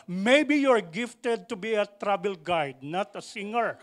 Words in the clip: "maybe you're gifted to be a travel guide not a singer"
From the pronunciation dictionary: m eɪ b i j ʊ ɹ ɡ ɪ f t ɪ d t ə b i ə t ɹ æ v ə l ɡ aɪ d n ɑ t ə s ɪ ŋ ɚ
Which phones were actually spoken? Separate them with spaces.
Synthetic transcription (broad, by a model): m eɪ b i j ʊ ɹ ɡ ɪ f t ɪ d t ə b i ə t ɹ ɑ b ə l ɡ aɪ d n ɑ t ə s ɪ ŋ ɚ